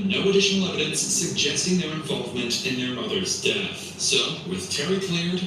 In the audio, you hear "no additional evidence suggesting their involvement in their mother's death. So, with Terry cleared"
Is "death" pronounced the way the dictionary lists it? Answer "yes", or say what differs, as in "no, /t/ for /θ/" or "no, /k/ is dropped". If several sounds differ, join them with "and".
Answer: yes